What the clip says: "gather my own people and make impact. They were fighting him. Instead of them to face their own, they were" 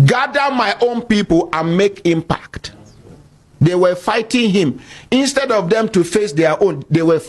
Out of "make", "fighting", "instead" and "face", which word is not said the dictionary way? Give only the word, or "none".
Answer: none